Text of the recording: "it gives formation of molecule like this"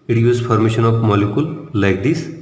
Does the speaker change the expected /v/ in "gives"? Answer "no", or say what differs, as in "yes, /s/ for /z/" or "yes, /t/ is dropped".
yes, /v/ is dropped